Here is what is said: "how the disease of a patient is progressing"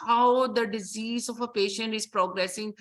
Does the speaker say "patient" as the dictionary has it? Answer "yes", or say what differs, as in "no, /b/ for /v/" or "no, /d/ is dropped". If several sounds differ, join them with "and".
yes